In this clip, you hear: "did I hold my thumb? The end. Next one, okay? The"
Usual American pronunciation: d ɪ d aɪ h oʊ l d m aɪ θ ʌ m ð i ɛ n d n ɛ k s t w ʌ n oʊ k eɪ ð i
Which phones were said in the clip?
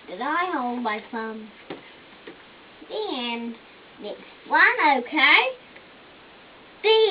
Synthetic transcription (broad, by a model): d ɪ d aɪ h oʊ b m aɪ s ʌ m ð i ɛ n n ɛ k s t w ʌ n oʊ k eɪ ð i